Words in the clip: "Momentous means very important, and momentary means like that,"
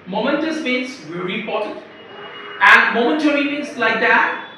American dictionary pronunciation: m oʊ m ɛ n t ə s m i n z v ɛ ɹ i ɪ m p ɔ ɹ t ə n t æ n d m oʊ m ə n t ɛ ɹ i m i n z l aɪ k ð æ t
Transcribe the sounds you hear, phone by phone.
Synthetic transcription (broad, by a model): m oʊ m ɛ n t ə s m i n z v ɛ ɹ i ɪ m p ɔ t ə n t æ n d m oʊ m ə n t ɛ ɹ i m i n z l aɪ k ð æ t